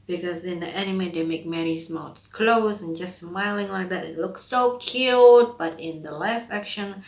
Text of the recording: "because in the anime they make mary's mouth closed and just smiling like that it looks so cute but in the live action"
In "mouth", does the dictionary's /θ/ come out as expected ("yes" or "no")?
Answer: no